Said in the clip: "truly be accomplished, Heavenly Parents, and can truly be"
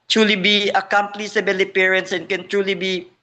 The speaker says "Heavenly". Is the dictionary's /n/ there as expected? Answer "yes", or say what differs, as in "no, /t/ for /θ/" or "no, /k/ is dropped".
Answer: no, /n/ is dropped